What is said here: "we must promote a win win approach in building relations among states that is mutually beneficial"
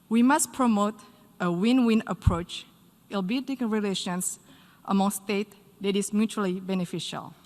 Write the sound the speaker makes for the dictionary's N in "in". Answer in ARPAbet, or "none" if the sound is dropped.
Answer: L